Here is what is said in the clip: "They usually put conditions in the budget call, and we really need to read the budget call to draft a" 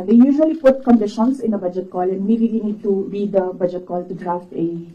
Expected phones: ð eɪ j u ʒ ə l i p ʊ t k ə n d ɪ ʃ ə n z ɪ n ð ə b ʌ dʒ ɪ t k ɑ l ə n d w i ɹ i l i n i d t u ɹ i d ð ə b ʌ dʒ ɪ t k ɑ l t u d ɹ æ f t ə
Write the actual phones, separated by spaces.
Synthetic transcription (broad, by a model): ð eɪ j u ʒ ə l i p ʊ t k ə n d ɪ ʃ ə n s ɪ n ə b ʌ dʒ ɪ t k ɑ l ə n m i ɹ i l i n i d t u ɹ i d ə b ʌ dʒ ɪ t k ɑ l t u d ɹ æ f t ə